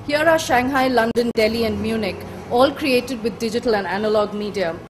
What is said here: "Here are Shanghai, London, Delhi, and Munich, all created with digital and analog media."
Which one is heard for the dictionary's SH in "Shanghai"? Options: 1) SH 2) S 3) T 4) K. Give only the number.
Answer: 1